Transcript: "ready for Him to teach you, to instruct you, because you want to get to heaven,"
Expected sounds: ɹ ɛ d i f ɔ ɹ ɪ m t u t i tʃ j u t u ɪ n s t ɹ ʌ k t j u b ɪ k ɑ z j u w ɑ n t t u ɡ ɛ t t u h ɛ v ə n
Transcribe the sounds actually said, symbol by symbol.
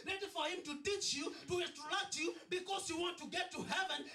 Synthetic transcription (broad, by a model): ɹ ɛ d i f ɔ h ɪ m t u t i tʃ j u t u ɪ s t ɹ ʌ t j u b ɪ k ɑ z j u w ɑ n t t u ɡ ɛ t t u h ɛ v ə n